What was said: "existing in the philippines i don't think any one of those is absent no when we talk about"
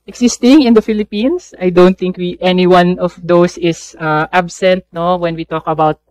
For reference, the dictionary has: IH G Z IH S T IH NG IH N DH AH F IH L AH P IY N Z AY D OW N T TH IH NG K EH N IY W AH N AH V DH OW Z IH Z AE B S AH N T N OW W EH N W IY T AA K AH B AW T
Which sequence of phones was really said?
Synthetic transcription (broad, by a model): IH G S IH S T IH NG IH N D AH F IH L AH P IY N S AY D OW N T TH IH NG K EH N IY W AH N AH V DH OW S IH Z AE B S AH N T N OW W EH N W IY T AA K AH B AW T